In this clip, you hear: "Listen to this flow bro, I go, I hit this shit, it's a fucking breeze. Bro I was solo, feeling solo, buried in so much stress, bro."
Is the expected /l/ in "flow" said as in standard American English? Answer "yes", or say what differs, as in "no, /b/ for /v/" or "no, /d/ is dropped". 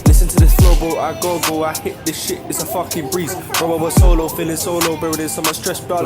no, /l/ is dropped